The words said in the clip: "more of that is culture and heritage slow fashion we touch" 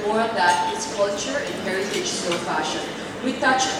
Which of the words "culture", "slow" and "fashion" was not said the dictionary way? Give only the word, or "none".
slow